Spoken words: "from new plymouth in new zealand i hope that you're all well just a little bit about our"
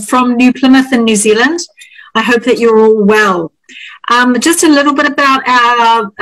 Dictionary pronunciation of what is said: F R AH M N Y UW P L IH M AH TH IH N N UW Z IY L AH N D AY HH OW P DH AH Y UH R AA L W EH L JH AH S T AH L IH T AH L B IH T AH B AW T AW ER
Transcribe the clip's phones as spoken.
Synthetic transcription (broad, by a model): F R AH M N Y UW P L IH M AH TH IH N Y UW Z IY L AH N D AY HH OW P DH AH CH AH R AA L W EH L JH AH S T AH L IH T L B IH T AH B AW T AW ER